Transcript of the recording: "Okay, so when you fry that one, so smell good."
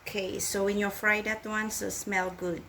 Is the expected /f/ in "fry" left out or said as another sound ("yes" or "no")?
no